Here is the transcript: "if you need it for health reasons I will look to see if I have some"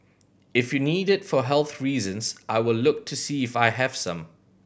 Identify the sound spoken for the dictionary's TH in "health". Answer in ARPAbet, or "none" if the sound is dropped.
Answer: TH